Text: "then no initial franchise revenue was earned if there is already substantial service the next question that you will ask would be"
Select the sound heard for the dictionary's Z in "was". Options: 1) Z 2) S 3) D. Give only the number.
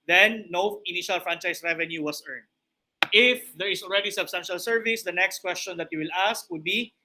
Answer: 2